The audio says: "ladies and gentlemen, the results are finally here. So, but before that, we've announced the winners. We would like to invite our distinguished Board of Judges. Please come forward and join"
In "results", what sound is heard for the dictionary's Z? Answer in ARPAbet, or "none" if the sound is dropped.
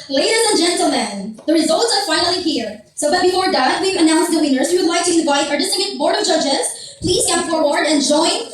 Z